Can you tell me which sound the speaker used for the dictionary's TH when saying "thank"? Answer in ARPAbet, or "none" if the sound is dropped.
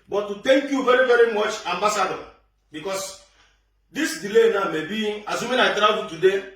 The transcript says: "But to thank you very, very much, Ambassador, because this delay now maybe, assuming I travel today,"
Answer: T